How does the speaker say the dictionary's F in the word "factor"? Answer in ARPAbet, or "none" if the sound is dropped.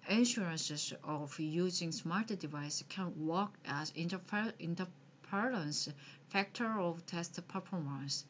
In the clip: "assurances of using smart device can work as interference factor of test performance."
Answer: F